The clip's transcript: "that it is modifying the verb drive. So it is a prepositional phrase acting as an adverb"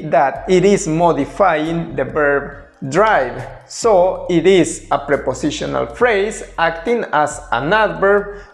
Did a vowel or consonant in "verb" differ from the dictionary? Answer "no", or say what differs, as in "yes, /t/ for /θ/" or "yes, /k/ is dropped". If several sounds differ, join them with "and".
yes, /b/ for /v/